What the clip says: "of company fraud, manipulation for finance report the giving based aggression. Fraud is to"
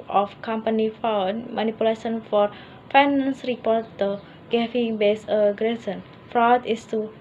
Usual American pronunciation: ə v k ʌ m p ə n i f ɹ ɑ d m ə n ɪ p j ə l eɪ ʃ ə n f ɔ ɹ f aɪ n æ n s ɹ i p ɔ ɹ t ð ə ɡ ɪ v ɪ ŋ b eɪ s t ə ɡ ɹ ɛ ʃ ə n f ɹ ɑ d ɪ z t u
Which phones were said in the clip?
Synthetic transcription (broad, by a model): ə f k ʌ m p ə n i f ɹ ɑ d m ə n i p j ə l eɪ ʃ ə n f ɔ ɹ f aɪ n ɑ n s ɹ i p ɔ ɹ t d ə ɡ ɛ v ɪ ŋ b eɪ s ə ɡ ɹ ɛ s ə n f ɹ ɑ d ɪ s t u